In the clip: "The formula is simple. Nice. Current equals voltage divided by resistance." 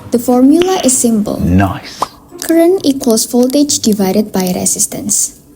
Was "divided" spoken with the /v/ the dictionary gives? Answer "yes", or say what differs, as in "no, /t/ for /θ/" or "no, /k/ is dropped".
yes